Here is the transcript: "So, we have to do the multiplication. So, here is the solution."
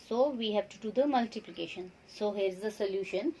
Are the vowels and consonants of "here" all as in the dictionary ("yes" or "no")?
yes